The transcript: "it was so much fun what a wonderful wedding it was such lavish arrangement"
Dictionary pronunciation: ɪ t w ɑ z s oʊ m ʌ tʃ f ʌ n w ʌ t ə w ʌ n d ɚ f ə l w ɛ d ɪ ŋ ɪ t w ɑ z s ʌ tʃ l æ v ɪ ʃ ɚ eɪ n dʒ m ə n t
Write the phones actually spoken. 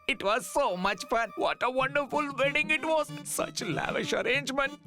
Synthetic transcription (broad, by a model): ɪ t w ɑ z s oʊ m ʌ tʃ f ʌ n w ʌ t ə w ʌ n d ɚ f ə l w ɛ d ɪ ŋ ɪ t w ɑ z s ʌ tʃ l æ v ɪ ʃ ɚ eɪ n dʒ m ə n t